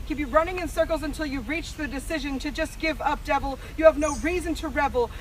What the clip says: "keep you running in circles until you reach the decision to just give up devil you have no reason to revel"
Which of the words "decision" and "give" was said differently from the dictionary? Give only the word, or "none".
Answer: none